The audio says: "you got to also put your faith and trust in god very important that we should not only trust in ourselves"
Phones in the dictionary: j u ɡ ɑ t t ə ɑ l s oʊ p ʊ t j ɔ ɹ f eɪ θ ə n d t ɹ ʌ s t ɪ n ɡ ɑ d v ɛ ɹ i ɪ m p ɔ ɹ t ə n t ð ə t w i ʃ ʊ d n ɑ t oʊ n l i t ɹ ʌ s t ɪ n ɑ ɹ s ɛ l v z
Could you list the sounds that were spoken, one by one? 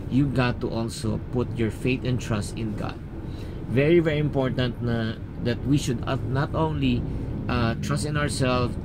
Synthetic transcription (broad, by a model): j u ɡ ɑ t t ɑ l s oʊ p ʊ t j ɔ ɹ f eɪ t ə n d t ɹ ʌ s t ɪ n ɡ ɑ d v ɛ ɹ i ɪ m p ɔ ɹ t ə n t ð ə t w i ʃ ʊ d n ɑ t oʊ n l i t ɹ ʌ s t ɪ n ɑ ɹ s ɛ l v